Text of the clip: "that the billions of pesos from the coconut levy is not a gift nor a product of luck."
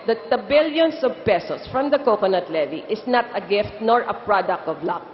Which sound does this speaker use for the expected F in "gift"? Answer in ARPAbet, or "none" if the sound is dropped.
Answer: F